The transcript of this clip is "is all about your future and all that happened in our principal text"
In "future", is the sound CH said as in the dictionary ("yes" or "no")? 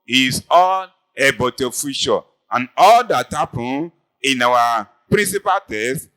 no